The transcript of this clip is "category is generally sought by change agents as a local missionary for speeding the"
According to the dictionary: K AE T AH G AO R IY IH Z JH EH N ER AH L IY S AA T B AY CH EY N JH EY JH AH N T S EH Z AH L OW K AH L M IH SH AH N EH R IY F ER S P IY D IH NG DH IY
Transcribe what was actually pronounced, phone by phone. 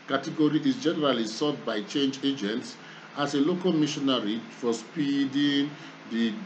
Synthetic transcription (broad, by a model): K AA T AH G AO R IY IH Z JH EH N ER AH L IY S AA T B AY CH EY N JH EY JH AH N T S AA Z AH L OW K AH L M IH SH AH N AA R IY F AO S P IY D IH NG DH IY